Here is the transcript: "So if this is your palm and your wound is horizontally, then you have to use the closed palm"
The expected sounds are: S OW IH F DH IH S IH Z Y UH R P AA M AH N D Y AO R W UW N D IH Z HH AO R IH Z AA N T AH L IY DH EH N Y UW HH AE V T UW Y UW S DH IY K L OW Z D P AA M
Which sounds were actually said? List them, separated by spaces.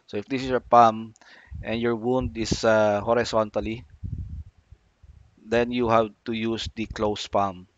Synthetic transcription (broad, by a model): S OW IH F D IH S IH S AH P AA M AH N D Y AO R W UW N D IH S HH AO R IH S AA N T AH L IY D EH N Y UW HH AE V T UW Y UW S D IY K L OW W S P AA M